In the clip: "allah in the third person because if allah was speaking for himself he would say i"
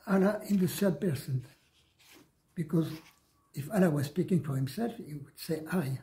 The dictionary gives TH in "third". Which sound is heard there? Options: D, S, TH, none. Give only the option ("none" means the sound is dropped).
S